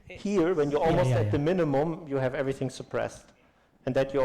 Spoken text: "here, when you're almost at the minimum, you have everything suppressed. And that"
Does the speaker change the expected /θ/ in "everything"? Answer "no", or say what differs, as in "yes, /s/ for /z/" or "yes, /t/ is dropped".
no